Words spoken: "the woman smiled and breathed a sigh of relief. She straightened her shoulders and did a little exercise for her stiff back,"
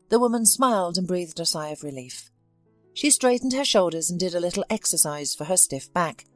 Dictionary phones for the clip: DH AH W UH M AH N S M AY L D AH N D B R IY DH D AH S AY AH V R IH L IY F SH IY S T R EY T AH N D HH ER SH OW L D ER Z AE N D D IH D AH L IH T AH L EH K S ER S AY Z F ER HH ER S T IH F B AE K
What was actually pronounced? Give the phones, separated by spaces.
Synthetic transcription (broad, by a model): DH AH W UH M AH N S M AY L D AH N B R IY DH D AH S AY AH V R IH L IY F SH IY S T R EY T N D ER SH OW L D ER Z N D D IH D AH L IH T L EH K S ER S AY Z F ER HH ER S T IH F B AE K